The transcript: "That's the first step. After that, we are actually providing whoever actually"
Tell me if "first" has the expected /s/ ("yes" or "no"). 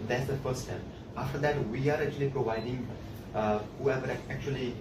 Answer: no